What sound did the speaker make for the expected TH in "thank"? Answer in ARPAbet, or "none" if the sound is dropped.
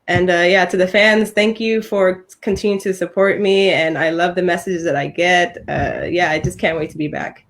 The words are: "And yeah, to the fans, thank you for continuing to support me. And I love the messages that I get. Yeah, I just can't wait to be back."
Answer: TH